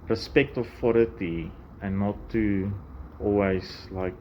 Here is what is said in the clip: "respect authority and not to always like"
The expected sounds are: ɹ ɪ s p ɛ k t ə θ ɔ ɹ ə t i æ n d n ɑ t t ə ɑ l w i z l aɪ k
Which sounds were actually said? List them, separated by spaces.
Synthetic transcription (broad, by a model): ɹ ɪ s p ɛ k t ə f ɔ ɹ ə t i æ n n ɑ t t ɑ l w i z l aɪ k